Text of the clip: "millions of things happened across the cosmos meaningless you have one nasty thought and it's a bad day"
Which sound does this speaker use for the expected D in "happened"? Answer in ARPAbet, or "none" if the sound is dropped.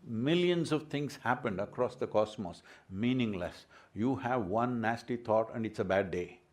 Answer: D